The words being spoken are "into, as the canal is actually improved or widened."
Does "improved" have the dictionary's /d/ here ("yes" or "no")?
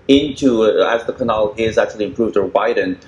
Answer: yes